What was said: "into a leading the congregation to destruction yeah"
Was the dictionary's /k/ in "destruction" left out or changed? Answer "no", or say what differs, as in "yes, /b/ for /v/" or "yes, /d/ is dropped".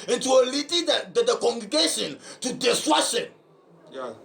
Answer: yes, /k/ is dropped